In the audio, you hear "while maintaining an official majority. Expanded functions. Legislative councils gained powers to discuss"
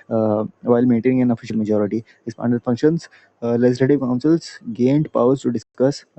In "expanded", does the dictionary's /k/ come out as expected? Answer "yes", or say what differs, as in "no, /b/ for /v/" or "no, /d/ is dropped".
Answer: no, /k/ is dropped